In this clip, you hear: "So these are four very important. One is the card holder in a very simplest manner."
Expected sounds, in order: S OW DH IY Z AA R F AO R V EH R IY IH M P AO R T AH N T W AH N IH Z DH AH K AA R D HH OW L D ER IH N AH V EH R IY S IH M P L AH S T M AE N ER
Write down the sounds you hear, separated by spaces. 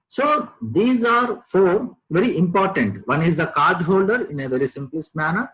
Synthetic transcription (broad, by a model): S OW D IY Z AA R F AO R V EH R IY IH M P AO R T AH N T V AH N IH Z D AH K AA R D HH OW L D ER IH N AH V EH R IY S IH M P L AH S T M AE N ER